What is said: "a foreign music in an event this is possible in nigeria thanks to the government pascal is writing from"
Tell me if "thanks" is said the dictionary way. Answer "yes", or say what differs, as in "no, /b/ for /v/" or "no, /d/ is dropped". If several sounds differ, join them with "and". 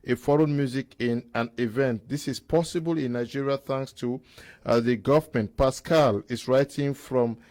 yes